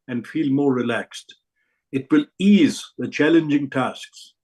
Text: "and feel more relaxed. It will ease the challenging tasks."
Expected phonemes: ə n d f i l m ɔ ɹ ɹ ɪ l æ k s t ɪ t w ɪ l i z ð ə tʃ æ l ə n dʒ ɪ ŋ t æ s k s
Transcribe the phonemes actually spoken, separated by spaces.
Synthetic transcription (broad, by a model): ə n d f i l m ɔ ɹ ɹ ɪ l æ k s t ɪ t w ɪ l i z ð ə tʃ æ l ə n dʒ ɪ ŋ t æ s k s